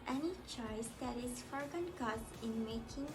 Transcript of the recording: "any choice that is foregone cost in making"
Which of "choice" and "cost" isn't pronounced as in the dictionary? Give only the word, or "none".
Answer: cost